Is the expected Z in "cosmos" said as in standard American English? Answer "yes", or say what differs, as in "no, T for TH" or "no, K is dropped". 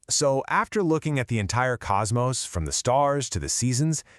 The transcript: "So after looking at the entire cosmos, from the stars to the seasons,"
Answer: yes